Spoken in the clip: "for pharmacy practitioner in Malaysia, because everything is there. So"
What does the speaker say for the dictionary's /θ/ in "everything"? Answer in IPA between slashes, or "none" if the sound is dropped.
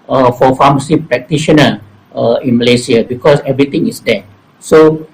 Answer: /t/